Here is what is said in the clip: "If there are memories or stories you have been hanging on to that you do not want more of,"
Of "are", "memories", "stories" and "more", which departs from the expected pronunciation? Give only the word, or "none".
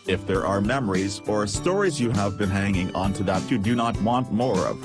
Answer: none